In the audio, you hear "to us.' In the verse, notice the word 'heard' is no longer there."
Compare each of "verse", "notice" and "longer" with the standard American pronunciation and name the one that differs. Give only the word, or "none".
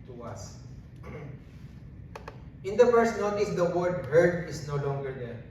verse